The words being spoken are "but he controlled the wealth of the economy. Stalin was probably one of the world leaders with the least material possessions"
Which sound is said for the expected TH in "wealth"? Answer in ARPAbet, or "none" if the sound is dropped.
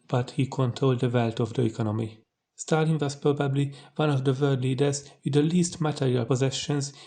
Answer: T